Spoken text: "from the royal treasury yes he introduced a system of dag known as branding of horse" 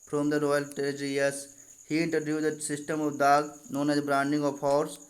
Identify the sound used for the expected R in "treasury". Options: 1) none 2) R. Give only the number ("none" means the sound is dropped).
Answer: 1